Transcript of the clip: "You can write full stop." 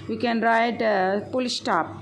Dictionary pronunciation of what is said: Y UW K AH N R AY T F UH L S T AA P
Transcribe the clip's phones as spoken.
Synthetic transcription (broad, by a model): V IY K AH N R AY T P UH L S T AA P